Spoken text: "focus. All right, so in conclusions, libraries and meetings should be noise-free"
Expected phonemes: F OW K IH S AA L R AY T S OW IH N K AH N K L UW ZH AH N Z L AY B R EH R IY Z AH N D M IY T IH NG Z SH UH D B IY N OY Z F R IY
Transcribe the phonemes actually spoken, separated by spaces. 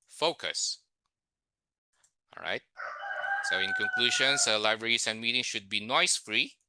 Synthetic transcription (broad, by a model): F OW K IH S AA L R AY T S OW IH N K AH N K L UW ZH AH N S L AY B R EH R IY S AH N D M IY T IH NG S SH UH D B IY N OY S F R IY